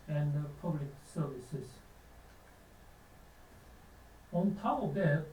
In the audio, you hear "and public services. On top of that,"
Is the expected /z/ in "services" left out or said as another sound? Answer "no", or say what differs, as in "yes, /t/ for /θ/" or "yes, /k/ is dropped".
yes, /s/ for /z/